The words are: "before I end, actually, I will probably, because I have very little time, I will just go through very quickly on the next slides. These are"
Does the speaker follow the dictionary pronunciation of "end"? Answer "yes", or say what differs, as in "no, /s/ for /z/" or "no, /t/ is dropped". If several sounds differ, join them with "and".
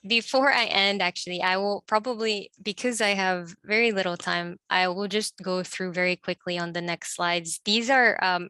yes